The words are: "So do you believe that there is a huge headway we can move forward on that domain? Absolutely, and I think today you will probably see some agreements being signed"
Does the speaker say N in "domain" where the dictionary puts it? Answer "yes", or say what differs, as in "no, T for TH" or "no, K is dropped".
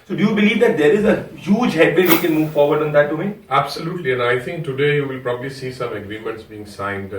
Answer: no, N is dropped